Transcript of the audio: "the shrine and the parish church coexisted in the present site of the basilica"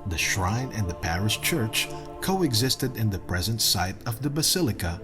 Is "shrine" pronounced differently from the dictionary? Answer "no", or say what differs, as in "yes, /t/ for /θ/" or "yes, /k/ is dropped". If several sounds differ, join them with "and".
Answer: no